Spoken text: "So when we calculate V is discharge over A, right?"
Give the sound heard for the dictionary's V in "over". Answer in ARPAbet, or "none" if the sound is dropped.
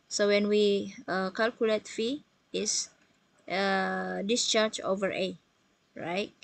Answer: V